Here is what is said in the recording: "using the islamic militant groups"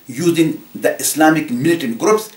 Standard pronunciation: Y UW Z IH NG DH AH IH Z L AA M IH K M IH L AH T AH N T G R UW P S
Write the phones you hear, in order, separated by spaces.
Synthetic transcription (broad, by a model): Y UW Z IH NG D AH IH S L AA M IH K M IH L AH T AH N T G R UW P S